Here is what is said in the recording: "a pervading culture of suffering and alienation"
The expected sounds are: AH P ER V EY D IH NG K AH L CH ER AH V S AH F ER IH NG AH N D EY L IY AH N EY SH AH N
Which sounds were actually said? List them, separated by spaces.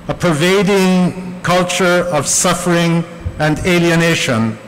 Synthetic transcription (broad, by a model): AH P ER V EY D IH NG K AH L CH ER AH V S AH F ER IH NG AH N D EY L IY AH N EY SH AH N